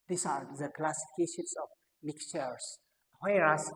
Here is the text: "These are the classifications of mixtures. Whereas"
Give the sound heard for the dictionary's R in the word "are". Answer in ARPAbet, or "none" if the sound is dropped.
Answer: R